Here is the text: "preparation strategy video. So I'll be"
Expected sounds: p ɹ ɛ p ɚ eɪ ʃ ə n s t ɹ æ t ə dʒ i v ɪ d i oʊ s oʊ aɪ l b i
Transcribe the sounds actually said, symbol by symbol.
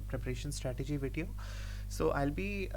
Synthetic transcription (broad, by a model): p ɹ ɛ p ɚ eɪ ʃ ə n s t ɹ æ t ə dʒ i v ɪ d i oʊ s oʊ aɪ l b i